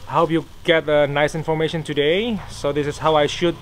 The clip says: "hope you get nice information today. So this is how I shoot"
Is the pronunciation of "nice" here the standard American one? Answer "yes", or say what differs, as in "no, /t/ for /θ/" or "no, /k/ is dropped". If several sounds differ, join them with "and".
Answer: yes